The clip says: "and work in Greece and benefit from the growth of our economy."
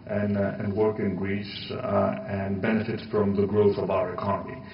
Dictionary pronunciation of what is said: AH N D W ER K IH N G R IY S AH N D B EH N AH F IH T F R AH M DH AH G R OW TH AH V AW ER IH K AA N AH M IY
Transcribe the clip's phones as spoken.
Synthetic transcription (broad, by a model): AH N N W ER K IH N G R IY S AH N B EH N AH F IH T F R AH M DH AH G R OW TH AH V AW ER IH K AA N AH M IY